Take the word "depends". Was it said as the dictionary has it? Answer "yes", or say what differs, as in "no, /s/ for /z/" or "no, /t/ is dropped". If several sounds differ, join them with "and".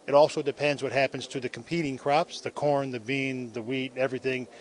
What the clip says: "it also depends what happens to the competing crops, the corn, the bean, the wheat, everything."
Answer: yes